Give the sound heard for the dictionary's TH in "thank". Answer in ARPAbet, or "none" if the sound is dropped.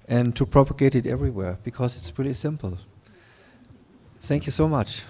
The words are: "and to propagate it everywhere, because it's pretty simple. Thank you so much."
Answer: TH